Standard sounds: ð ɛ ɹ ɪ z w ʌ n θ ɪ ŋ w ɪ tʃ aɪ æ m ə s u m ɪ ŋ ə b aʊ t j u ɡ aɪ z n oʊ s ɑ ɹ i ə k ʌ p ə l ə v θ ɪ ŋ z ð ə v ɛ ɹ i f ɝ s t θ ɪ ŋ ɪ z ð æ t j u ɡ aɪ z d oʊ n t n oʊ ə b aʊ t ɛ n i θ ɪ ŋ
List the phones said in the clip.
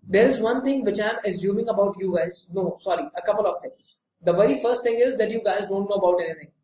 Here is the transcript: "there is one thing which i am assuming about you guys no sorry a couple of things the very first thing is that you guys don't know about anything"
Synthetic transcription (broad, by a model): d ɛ ɹ ɪ z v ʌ n t ɪ ŋ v ɪ tʃ aɪ m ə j u m ɪ ŋ ə b aʊ t j u ɡ aɪ z n oʊ s ɑ ɹ i ə k ʌ p ə l ə v t ɪ ŋ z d ə v ɛ ɹ i f ɝ s t t ɪ ŋ ɪ z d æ t j u ɡ aɪ z d oʊ n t n oʊ ə b aʊ t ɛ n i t ɪ ŋ